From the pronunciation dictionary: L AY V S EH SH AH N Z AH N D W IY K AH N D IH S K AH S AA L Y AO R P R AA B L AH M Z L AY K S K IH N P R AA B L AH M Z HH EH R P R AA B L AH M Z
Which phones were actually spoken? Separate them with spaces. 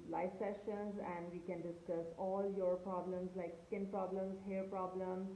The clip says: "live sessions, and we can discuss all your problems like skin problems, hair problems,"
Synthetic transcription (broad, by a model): L AY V S EH SH AH N Z AH N D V IY K AH N D IH S K AH S AA L Y AO R P R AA B L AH M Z L AY K S K IH N P R AA B L AH M Z HH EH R P R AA B L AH M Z